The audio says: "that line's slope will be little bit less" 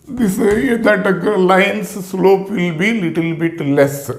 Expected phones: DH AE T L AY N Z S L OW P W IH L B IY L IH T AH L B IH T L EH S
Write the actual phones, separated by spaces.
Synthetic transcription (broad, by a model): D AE T L AY N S S L OW P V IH L B IY L IH T AH L B IH T L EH S